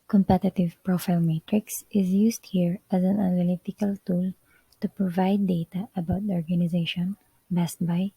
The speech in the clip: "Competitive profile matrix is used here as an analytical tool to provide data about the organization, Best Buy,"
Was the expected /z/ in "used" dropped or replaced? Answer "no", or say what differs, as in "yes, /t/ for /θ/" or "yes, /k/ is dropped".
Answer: yes, /s/ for /z/